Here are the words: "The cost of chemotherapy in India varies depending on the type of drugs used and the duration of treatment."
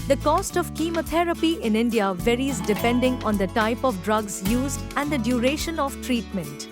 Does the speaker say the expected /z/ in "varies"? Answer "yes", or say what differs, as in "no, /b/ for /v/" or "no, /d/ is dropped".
yes